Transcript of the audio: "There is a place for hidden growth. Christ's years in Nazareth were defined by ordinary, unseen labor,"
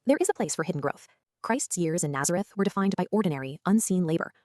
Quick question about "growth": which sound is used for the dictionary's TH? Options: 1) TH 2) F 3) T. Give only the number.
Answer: 1